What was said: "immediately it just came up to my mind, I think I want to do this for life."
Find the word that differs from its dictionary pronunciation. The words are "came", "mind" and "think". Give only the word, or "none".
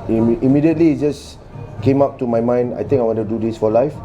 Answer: think